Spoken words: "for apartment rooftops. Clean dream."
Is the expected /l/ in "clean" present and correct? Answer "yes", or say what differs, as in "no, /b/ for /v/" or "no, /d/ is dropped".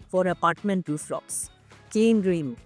no, /l/ is dropped